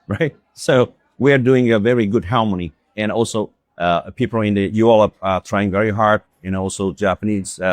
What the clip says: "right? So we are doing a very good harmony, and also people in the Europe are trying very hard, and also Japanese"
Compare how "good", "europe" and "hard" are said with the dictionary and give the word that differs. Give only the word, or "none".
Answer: europe